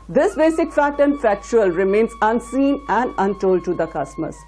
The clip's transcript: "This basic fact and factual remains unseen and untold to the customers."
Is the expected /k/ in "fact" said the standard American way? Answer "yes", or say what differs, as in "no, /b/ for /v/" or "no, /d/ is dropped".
no, /k/ is dropped